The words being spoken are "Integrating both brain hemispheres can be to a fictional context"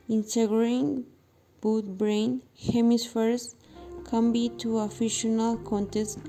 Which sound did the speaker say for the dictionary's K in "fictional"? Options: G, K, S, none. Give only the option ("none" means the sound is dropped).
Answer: none